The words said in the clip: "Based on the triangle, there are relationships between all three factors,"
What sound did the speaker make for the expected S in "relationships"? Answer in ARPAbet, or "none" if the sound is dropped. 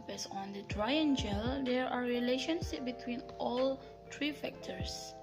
none